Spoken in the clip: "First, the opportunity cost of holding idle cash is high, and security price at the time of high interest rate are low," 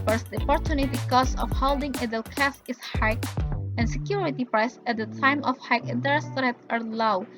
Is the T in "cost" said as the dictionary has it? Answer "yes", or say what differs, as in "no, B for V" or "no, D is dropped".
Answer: no, T is dropped